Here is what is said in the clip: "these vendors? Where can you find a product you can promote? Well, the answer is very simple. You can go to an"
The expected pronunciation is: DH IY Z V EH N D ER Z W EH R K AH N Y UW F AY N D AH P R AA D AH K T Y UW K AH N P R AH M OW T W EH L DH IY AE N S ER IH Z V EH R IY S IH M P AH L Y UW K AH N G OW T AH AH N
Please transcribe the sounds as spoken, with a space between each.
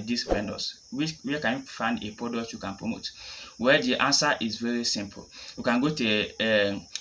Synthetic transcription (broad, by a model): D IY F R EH N D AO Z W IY W K AH N Y UW F AY N D AH P R AA D AH K T Y UW K AH N P R AH M OW T W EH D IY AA N S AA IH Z V EH R IY S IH M P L Y UW K AH N G OW T AH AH